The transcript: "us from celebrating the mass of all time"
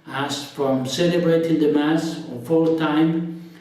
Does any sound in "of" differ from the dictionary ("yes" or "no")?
yes